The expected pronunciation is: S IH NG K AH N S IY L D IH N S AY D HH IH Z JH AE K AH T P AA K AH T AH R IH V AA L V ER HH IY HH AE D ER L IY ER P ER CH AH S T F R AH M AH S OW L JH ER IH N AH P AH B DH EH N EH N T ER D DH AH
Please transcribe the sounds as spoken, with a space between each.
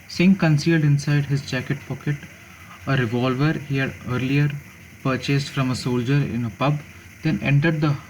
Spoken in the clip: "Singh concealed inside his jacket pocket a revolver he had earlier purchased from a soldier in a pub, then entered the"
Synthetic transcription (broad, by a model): S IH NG K AH N S IY L D IH N S AY D HH IH Z JH AE K AH T P AA K AH T AH R IH V AA L V ER HH IY HH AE D ER L IY ER P ER CH AH S T F R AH M AH S OW L JH ER IH N AH P AH B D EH N EH N T ER D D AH